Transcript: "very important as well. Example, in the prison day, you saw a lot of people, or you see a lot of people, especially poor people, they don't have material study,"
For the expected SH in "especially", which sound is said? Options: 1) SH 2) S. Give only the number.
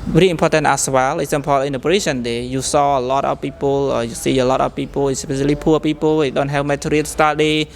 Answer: 2